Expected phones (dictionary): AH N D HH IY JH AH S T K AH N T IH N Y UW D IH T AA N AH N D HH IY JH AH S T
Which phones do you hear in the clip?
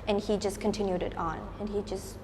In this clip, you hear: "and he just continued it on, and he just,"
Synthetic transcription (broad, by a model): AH N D HH IY JH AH S K AH N T IH N Y UW D IH T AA N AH N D HH IY JH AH S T